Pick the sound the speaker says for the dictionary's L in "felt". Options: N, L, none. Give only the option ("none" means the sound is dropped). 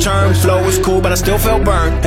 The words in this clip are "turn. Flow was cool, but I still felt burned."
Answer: L